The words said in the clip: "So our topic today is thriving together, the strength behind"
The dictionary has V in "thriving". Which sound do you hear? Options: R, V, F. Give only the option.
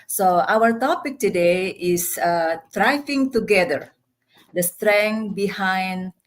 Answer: F